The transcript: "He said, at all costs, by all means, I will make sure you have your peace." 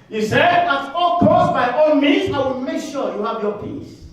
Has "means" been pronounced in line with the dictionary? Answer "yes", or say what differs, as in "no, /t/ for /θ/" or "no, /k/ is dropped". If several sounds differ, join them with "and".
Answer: no, /n/ is dropped